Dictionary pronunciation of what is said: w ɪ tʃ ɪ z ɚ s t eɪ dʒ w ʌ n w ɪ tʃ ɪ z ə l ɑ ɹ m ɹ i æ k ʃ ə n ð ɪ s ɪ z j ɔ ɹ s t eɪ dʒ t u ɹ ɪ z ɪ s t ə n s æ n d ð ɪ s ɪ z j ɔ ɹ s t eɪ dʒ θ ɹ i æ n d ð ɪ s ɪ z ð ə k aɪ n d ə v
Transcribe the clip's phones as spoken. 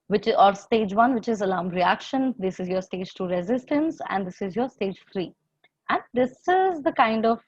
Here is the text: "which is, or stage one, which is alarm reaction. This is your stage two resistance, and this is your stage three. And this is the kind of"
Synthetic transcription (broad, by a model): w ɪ tʃ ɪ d s t eɪ dʒ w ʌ n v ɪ tʃ ɪ z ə l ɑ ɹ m ɹ i æ k ʃ ə n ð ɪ s ɪ z j ɔ ɹ s t eɪ dʒ t u ɹ ɪ z ɪ s t ə n s æ n d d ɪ s ɪ z j ɔ ɹ s t eɪ dʒ f ɹ i æ n d ɪ s ɪ z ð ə k aɪ n d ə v